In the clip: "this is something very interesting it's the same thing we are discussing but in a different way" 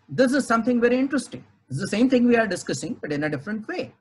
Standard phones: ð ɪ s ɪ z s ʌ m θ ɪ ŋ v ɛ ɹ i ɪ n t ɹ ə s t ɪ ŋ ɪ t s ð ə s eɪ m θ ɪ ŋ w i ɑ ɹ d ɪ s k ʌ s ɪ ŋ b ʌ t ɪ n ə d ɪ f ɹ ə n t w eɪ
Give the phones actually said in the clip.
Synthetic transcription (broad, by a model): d ɪ s ɪ z s ʌ m t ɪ ŋ v ɛ ɹ i ɪ n t ɹ ə s t ɪ ŋ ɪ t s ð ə s eɪ m t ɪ ŋ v i ɑ ɹ d ɪ s k ʌ s ɪ ŋ b ʌ t ɪ n ə d ɪ f ɹ ə n t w eɪ